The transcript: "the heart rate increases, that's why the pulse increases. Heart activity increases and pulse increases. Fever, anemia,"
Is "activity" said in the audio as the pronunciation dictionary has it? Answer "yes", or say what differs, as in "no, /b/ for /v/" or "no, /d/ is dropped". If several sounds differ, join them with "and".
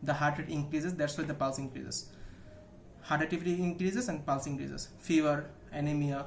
no, /k/ is dropped